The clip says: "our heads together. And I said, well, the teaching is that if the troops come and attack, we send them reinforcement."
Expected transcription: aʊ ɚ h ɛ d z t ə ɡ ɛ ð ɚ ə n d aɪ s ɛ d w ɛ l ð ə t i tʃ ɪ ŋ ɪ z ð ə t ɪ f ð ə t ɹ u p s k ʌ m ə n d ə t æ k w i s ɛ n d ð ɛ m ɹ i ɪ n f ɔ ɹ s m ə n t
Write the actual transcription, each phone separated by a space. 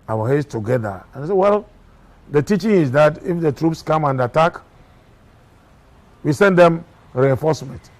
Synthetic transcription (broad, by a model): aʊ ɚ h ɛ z t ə ɡ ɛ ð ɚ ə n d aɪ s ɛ w ɛ l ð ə t i tʃ ɪ ŋ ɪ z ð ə t ɪ f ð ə t ɹ u p s k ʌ m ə n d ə t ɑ k w i s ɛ n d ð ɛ m ɹ i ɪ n f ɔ s m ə n t